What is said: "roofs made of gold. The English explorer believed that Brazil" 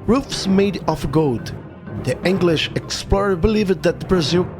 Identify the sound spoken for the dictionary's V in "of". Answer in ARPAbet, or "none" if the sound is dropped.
F